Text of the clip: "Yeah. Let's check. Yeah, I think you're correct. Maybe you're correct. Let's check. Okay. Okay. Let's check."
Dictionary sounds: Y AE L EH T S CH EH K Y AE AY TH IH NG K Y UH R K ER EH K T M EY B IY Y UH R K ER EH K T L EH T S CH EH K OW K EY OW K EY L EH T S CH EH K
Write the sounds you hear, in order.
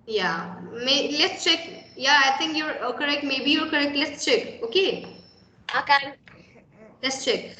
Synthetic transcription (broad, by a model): Y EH L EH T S CH EH K Y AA AY T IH NG K Y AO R K ER EH K T M EY B IY Y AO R K ER EH K T L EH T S CH EH K OW K EY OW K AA L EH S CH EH K